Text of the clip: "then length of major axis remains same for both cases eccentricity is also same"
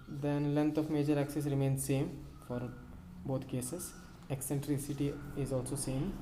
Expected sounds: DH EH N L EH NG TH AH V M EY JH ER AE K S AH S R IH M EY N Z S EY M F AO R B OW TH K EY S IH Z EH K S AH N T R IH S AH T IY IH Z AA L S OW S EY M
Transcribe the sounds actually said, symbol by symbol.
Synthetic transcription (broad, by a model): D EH N L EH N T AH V M EY JH ER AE K S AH S R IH M EY N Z S EY M F AO R B OW T K EY S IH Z EH K S AH N T R IH S AH T IY IH Z AA L S OW S EY M